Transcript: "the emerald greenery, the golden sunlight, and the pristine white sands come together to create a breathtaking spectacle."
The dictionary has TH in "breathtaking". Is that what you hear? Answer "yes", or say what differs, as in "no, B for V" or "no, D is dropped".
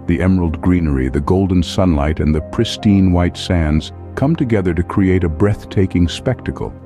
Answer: yes